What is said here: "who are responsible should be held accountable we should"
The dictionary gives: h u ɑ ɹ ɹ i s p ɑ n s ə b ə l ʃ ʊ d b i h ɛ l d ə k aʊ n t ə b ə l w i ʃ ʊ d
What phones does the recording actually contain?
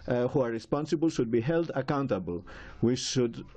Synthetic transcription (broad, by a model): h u ɑ ɹ ɹ i s p ɑ n s ə b ə l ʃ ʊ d b i h ɛ l d ə k aʊ n t ə b ə l w i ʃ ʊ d